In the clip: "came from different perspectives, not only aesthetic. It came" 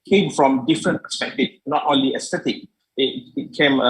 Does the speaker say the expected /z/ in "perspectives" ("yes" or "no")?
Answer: no